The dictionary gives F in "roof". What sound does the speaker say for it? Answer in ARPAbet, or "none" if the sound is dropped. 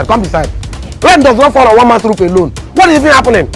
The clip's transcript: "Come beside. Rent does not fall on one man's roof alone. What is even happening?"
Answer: P